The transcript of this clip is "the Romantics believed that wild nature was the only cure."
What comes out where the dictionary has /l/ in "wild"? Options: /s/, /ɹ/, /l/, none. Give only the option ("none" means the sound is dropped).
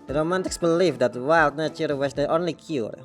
/l/